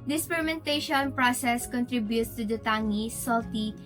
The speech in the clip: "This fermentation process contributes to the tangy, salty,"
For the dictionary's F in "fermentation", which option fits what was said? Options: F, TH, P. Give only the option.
P